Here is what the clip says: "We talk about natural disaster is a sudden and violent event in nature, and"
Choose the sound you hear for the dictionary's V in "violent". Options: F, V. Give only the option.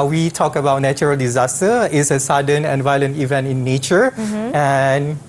V